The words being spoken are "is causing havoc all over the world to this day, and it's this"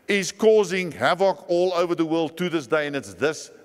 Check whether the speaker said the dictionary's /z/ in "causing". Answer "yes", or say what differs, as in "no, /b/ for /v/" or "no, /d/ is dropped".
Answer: yes